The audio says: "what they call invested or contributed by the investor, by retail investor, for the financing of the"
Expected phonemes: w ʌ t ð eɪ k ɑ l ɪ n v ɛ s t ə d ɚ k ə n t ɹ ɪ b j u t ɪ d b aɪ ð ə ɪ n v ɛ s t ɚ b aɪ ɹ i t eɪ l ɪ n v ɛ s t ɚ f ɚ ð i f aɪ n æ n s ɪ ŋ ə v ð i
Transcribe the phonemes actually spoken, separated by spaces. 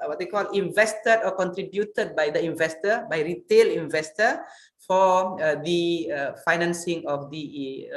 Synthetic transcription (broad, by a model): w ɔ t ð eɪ k ɑ l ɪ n v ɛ s t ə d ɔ k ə n t ɹ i b j u t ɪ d b aɪ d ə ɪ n v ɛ s t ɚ b aɪ ɹ i t eɪ l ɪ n v ɛ s t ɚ f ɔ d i f aɪ n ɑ n s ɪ ŋ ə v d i